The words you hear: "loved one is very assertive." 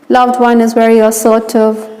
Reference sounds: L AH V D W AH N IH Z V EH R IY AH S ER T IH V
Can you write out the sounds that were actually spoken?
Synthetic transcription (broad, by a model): L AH V D W AH N IH Z W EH R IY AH S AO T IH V